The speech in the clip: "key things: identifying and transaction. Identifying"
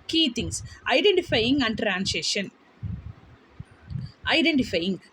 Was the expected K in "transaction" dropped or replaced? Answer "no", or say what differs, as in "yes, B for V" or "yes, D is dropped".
yes, K is dropped